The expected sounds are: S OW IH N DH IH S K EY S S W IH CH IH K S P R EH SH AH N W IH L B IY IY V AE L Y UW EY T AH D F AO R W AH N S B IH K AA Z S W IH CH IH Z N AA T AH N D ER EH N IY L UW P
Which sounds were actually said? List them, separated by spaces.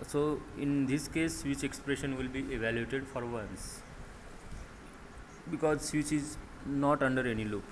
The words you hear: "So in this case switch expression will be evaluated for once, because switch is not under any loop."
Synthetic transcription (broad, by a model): S OW IH N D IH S K EY S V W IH CH IH K S P R EH SH AH N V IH L B IY IY V AE L Y UW EY T AH D F AO R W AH N S B IH K AA Z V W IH CH IH Z N AA T AH N D ER EH N IY L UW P